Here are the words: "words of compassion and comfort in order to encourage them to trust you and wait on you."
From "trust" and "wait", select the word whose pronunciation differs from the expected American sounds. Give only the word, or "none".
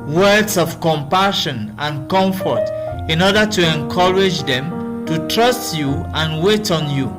none